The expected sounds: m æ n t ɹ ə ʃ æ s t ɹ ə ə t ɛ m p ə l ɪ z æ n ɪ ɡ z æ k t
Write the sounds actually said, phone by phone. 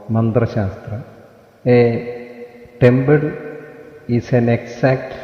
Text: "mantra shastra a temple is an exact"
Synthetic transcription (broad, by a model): m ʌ n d ɹ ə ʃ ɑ s t ɹ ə ə t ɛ m b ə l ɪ s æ n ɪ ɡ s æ k t